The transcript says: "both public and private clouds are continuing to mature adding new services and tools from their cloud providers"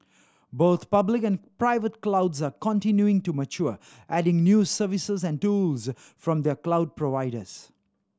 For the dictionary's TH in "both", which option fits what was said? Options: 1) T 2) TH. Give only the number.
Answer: 1